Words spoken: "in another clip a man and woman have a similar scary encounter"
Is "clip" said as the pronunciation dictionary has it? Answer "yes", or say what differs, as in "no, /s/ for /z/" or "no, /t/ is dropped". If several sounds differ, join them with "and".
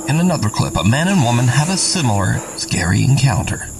yes